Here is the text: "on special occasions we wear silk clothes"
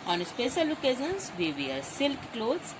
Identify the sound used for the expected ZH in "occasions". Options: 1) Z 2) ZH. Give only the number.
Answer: 1